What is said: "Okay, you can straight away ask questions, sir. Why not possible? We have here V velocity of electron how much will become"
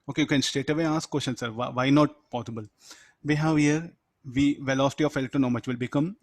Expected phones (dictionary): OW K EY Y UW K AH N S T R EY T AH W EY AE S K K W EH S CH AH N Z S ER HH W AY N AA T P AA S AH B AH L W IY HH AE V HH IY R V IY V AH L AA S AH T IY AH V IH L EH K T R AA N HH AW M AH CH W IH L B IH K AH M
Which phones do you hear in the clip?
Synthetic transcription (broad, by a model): OW K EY Y UW K AH N S T EY T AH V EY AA S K K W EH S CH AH N S ER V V AY N AA T P AA S AH B AH L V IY HH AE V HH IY R V IY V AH L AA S T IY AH F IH L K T AA N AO M AH CH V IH L B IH K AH M